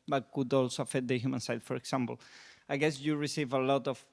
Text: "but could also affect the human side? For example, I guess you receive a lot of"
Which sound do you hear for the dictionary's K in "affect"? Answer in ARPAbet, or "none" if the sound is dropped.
none